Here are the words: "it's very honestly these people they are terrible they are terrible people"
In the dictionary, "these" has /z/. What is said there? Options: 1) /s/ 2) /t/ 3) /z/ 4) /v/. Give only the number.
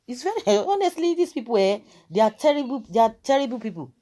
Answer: 1